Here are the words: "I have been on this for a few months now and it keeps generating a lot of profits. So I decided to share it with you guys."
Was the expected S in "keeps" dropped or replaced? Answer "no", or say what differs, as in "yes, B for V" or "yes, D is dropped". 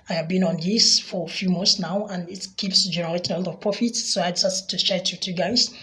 no